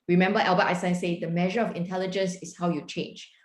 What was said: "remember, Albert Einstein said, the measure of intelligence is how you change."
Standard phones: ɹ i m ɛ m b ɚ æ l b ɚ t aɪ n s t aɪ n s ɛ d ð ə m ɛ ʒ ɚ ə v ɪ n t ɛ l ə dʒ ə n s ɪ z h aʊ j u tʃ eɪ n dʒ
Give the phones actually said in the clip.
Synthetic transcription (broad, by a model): ɹ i m ɛ m b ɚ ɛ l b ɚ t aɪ s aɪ s ɛ d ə m ɛ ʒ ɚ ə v ɪ n t ɛ l ə dʒ ə n s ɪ s h aʊ j u tʃ eɪ n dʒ